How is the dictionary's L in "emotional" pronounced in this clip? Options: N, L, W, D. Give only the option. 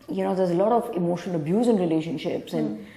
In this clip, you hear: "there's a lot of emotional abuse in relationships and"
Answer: N